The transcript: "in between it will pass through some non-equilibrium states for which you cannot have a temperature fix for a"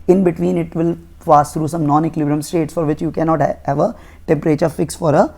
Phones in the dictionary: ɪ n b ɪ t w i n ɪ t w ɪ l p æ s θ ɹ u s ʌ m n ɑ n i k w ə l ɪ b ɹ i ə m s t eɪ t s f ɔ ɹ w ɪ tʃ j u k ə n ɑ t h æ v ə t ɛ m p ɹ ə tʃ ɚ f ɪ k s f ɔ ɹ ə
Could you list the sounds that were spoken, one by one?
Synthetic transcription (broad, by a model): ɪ n b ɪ t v i n ɪ t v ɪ l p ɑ s t ɹ u s ʌ m n ɑ n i k l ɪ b ɹ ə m s t eɪ t s f ɔ ɹ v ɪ tʃ j u k ə n ɑ t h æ v ə t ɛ m p ɹ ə tʃ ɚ f ɪ k s f ɔ ɹ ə